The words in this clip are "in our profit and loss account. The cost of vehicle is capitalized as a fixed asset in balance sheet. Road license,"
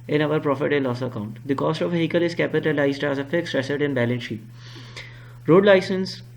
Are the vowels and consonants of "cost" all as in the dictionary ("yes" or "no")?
yes